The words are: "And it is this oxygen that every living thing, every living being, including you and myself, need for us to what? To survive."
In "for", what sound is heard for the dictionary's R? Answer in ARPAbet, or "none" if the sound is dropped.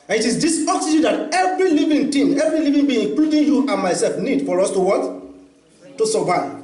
R